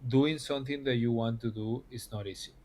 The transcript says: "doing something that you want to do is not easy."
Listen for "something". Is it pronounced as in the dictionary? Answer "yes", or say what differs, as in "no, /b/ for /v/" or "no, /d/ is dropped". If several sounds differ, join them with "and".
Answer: no, /t/ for /θ/